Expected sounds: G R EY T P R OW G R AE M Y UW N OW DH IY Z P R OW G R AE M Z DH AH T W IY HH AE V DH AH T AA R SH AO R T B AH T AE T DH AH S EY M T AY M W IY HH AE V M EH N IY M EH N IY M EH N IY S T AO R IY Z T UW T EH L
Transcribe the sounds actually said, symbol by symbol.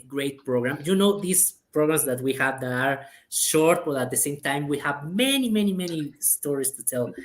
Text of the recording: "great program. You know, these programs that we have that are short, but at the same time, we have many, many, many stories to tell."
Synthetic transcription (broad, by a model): G R EY T P R OW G R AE M Y UW N OW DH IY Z P R OW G R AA M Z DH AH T W IY HH AE V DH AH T AA R SH AO R T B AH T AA T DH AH S EY M T AY M W IY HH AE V M EH N IY M EH N IY M EH N IY S T AO R IY S T UW T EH L